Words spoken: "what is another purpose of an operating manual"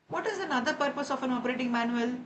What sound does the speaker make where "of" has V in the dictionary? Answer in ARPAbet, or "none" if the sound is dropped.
F